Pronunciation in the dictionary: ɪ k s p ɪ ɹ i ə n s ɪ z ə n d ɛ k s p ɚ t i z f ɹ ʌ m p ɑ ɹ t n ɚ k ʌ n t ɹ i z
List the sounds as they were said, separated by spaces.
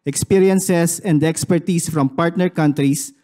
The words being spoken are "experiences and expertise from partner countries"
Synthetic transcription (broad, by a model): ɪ k s p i ɹ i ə n s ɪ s ə n d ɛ k s p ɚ t i s f ɹ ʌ m p ɑ ɹ t n ɚ k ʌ n t ɹ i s